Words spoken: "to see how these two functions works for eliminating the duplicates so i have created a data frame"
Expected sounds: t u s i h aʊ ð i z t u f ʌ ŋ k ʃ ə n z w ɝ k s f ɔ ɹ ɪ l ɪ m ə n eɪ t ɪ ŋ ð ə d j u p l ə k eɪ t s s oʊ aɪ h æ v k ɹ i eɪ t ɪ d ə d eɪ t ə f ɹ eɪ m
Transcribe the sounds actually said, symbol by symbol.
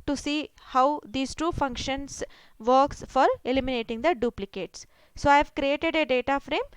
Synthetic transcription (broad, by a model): t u s i h aʊ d i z t u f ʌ ŋ k ʃ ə n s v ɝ k s f ɔ ɹ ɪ l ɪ m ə n eɪ t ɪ ŋ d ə d j u p l ə k eɪ t s s oʊ aɪ v k ɹ i eɪ t ɪ d ə d eɪ t ə f ɹ eɪ m